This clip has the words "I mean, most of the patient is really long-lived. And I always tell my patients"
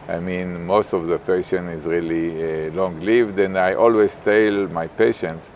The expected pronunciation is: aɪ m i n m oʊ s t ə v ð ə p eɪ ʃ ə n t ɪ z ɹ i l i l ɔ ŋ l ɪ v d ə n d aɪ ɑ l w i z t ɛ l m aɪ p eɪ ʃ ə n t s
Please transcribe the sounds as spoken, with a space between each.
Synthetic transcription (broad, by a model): aɪ m i n m oʊ s t ə v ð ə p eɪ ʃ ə n ɪ z ɹ i l i l ɔ ŋ l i v d ə n d aɪ ɑ l w i z t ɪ l m aɪ p eɪ ʃ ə n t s